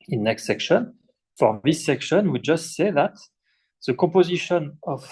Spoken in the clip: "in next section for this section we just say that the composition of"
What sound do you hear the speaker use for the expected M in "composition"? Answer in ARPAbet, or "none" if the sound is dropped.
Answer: none